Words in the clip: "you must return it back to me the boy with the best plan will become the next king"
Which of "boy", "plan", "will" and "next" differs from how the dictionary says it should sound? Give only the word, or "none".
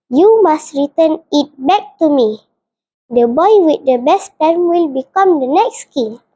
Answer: plan